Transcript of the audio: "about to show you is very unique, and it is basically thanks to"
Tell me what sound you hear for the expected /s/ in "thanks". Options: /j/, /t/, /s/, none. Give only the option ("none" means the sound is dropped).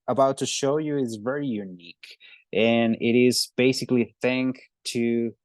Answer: none